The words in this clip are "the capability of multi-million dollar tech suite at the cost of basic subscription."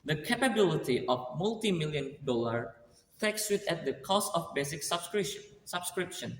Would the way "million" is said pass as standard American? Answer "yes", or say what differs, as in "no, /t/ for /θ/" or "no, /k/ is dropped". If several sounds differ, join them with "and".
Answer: yes